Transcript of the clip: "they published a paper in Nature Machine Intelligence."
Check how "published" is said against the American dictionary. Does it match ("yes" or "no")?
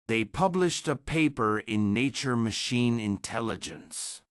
yes